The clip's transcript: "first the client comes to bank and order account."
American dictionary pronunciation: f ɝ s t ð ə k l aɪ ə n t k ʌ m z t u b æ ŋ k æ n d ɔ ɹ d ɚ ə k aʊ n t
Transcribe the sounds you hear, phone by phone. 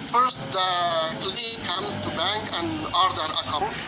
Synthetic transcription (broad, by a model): f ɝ s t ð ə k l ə t k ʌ m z t u b æ ŋ k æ n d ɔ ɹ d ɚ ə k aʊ